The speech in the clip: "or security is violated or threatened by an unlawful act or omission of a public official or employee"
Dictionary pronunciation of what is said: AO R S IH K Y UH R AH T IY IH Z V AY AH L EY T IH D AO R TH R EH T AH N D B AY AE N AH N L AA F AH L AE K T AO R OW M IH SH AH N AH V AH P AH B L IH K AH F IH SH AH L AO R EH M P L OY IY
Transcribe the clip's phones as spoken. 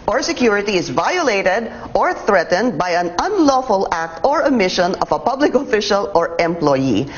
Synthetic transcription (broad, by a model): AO R S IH K Y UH R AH T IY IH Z V AY AH L EY T IH D AO R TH R EH T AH N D B AY AE N AH N L AA F AH L AE K T AO R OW M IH SH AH N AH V AH P AH B L IH K AH F IH SH AH L AO R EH M P L OY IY